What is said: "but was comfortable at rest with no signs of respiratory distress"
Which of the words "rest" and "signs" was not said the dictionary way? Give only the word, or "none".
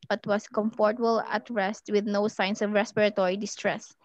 signs